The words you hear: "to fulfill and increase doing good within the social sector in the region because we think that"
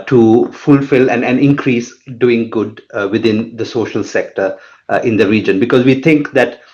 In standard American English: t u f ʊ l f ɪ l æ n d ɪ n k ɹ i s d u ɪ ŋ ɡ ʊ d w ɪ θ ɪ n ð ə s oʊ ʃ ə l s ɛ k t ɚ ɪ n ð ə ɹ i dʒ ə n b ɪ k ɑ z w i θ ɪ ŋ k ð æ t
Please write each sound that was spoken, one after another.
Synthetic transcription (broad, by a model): t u f ʊ l f ɪ l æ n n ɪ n k ɹ i s d u ɪ ŋ ɡ ʊ d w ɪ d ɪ n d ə s oʊ ʃ ə l s ɛ k t ɚ ɪ n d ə ɹ i dʒ ə n b ɪ k ɑ z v i t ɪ ŋ k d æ t